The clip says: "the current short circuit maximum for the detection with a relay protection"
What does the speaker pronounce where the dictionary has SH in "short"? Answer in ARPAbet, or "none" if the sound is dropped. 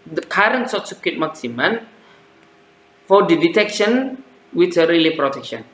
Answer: S